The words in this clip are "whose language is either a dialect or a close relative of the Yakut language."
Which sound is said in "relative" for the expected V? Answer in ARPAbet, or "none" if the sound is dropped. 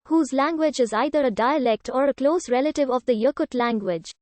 V